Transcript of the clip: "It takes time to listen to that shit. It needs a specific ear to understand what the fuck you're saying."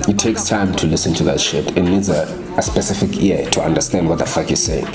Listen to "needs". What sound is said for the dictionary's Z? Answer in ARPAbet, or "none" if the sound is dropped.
Z